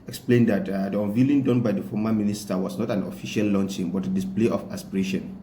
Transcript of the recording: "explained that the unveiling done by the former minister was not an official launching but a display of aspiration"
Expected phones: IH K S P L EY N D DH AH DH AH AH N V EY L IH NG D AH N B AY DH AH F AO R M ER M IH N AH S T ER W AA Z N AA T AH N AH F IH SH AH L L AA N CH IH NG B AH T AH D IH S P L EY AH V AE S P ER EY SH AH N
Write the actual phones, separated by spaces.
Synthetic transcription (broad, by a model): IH K S P L EY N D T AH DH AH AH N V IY L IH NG D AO N B AY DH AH F AO M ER M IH N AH S T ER W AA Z N AA T AH N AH F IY SH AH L L AA N CH IH NG B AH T AH D IH S P L EY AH F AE S P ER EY SH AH N